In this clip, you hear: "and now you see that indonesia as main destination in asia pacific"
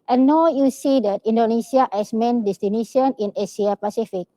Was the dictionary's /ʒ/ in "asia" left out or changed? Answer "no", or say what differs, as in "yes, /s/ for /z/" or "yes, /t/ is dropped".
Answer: yes, /s/ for /ʒ/